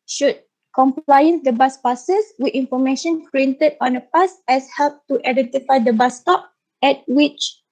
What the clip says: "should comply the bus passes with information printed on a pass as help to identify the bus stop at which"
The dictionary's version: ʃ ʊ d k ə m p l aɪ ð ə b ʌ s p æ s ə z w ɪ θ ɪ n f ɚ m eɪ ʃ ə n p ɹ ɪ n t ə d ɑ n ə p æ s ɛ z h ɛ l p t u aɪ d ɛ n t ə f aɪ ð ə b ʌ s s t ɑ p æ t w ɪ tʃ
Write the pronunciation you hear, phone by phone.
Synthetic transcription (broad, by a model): ʃ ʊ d k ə m p l aɪ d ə b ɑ s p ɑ s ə s w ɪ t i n f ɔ m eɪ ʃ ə n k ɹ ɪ n t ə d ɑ n ə p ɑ s ɛ s h ɛ l p t u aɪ d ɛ n t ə f aɪ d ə b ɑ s s t ɑ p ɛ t w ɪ tʃ